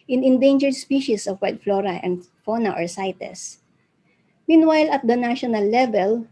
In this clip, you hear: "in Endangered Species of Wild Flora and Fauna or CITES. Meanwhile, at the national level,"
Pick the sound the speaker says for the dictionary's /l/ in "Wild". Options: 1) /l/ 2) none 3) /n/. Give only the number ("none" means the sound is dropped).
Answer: 2